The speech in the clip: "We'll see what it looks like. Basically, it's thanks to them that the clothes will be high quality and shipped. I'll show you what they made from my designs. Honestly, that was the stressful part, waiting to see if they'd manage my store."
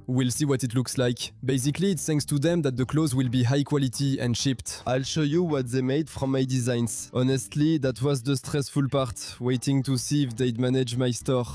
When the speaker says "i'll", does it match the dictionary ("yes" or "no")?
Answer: yes